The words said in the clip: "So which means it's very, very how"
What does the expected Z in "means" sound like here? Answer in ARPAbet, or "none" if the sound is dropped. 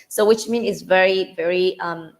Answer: none